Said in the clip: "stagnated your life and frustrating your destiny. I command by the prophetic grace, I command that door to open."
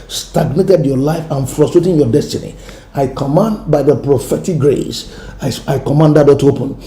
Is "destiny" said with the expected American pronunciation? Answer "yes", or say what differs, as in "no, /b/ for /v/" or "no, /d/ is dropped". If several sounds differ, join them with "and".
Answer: yes